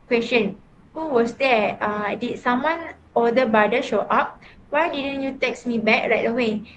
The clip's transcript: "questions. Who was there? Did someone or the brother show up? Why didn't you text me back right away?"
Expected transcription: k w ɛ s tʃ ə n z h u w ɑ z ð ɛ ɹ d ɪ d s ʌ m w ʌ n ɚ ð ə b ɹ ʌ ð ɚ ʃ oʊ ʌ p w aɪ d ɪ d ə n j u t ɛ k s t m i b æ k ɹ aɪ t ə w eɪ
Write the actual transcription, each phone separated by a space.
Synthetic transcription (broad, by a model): k w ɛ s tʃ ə n h u w ɑ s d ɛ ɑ d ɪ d s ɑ m w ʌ n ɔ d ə b ɑ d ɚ ʃ oʊ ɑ p w aɪ d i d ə n j u t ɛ k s m i b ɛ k ɹ aɪ t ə w eɪ